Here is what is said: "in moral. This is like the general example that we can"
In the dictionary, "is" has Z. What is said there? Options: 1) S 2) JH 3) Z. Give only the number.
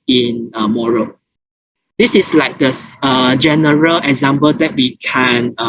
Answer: 1